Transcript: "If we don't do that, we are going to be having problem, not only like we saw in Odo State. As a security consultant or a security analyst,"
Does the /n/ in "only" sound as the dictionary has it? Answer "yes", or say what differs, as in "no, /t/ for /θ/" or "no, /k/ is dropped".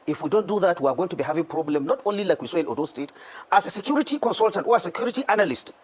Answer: yes